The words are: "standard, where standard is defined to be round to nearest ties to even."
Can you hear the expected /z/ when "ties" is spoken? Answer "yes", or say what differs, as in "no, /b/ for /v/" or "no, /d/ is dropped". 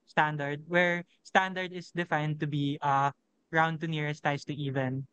no, /s/ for /z/